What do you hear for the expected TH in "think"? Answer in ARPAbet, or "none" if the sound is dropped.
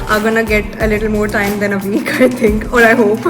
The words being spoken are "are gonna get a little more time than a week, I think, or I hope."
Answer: T